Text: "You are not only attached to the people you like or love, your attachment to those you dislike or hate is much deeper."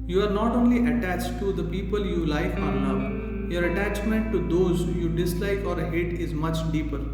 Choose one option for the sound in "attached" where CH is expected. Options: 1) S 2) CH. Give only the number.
2